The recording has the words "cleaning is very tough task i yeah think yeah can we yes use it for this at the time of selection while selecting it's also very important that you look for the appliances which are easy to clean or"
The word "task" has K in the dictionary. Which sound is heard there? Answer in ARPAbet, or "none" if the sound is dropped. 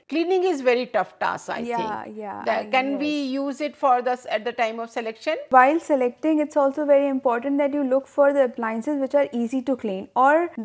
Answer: none